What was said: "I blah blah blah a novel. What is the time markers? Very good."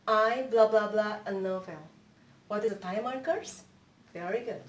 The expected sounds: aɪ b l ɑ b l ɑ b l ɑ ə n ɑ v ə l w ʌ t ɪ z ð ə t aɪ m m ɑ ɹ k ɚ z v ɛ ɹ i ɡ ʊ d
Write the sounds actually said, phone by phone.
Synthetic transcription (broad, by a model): aɪ b l ɑ b l ɑ b l ɑ ə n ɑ f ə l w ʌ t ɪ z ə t aɪ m m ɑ ɹ k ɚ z v ɛ ɹ i ɡ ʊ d